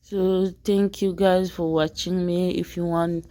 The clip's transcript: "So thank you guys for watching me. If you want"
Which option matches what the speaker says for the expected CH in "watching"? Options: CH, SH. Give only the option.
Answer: CH